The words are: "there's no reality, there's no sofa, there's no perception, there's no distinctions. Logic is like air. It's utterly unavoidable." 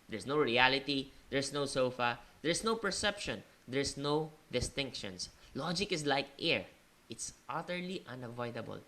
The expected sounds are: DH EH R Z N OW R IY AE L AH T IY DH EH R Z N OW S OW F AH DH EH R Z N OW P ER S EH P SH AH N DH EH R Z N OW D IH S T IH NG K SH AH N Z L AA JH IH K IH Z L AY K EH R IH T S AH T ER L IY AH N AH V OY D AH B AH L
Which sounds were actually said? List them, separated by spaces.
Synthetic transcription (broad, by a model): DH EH R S N OW R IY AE L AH T IY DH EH R S N OW S OW F AH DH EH R S N OW P ER S EH P SH AH N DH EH R S N OW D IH S T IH NG K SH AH N S L AA JH IH K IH S L AY K EH R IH T S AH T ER L IY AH N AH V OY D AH B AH L